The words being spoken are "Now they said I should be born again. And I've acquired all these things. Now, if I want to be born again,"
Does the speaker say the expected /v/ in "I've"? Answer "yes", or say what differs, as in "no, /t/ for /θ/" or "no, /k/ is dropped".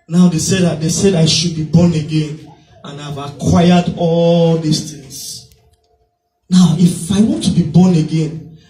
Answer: yes